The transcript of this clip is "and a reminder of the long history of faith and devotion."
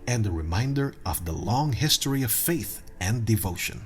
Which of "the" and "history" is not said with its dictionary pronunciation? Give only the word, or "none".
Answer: none